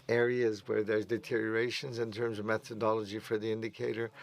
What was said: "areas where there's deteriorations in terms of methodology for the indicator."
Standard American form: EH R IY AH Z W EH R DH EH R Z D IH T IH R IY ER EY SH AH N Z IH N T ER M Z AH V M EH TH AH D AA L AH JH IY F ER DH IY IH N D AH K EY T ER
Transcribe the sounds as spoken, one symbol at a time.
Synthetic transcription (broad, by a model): EH R IY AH Z W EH R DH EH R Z D IH T IH R IY ER EY SH AH N Z IH N T ER M Z AH V M EH TH AH D AA L AH JH IY F ER DH IY IH N D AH K EY T ER